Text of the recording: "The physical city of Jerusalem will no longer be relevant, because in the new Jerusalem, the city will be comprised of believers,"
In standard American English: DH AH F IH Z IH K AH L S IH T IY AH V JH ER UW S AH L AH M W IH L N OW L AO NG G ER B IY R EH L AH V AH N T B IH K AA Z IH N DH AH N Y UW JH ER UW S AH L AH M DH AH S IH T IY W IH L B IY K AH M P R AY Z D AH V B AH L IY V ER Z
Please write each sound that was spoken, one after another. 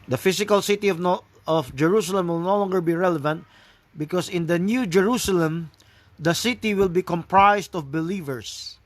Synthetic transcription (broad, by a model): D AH F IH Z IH K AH L S IH T IY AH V JH ER UW S AH L AH M W IH L N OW L AO NG G ER B IY R EH L AH V AH N T B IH K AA S IH N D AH N Y UW JH ER UW S AH L AH M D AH S IH T IY W IH L B IY K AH M P R AY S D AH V B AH L IY V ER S